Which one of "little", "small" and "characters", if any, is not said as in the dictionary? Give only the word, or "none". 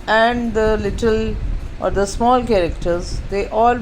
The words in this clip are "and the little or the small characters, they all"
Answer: none